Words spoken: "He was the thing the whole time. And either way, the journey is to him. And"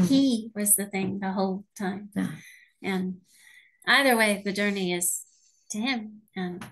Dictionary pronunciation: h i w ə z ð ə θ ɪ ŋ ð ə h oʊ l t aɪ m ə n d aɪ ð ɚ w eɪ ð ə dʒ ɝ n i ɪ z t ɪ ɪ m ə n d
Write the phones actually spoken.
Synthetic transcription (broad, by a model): h i w ə z ð ə θ ɪ ŋ ð ə h oʊ l t aɪ m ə n aɪ ð ɚ w eɪ ð ə dʒ ɝ n i ɪ z t ɪ ɪ m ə n